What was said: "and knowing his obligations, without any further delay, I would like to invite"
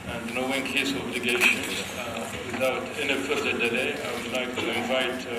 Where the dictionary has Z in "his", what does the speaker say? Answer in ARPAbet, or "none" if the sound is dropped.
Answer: S